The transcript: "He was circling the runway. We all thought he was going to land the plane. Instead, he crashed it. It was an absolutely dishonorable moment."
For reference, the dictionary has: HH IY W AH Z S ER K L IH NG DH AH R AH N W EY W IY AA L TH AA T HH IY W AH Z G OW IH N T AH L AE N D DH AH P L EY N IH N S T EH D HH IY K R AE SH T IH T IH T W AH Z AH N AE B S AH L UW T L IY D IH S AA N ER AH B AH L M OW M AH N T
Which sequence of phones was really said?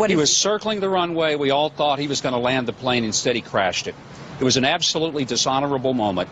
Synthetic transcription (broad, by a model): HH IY W AH Z S ER K L IH NG DH AH R AH N W EY W IY AA L TH AA T HH IY W AH Z G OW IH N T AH L AE N DH AH P L EY N IH N S T EH D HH IY K R AE SH T IH T IH T W AH Z AH N AE B S AH L UW T L IY D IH S AA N ER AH B L M OW M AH N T